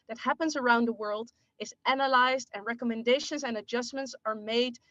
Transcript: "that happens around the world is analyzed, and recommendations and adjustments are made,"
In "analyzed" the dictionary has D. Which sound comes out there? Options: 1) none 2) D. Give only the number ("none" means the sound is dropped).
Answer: 2